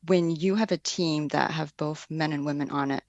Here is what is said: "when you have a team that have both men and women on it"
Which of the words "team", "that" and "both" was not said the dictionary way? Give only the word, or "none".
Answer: none